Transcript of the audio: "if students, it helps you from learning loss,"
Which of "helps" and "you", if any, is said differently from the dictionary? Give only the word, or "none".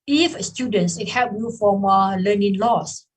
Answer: helps